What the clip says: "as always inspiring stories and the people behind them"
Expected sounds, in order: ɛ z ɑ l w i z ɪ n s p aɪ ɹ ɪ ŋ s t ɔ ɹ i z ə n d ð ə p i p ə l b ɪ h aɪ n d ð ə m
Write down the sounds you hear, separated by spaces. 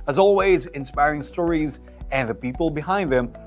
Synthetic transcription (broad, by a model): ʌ z ɑ l w i z ɪ n s p aɪ ɹ ɪ ŋ s t ɔ ɹ i z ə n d ð ə p i p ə l b ɪ h aɪ n d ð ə m